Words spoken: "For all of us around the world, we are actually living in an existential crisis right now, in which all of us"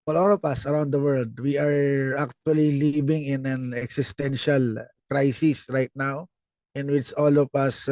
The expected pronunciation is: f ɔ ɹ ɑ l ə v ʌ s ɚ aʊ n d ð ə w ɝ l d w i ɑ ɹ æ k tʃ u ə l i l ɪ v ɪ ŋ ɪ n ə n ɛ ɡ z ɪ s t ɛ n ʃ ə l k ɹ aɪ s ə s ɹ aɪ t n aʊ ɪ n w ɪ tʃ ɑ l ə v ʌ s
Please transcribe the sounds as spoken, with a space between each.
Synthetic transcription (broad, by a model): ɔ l ɑ l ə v ʌ s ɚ aʊ n d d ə w ɝ l d w i ɑ ɹ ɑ k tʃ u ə l i l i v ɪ ŋ ɪ n ə n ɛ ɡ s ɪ s t ɛ n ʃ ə l k ɹ aɪ s ə s ɹ aɪ t n aʊ ɪ n w ɪ tʃ ɑ l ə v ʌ s